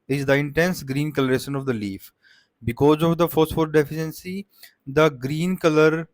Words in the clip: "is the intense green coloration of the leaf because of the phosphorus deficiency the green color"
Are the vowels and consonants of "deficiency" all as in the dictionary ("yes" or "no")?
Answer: yes